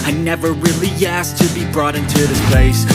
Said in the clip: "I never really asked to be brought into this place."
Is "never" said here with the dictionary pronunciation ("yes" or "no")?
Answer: yes